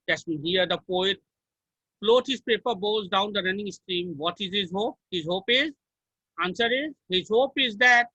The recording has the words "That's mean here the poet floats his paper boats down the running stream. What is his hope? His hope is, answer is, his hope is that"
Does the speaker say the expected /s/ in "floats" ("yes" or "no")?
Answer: no